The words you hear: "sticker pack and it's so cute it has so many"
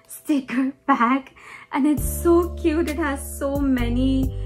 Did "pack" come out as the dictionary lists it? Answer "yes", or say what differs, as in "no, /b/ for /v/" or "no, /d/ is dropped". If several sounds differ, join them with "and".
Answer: no, /b/ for /p/